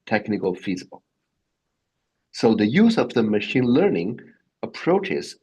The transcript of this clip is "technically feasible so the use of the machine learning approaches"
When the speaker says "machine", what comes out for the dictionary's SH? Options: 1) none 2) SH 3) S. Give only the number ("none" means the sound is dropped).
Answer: 2